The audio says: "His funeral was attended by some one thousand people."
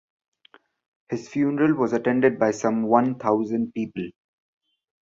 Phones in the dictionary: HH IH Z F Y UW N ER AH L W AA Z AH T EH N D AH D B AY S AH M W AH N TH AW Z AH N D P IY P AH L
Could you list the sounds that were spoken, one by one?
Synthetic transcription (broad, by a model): HH IH Z F Y UW N ER AH L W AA Z AH T EH N D AH D B AY S AH M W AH N T AW Z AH N D P IY P AH L